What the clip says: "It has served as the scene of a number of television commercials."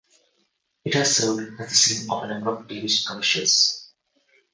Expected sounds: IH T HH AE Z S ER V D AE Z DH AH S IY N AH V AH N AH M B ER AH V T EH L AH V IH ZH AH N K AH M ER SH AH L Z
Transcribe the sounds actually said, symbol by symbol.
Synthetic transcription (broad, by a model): IH T HH AE Z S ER D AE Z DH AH S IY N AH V AH N AH M B ER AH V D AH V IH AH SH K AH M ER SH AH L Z